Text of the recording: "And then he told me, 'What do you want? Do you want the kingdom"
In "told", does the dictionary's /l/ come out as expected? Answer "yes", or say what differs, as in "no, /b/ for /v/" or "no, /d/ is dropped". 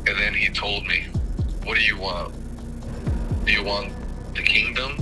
yes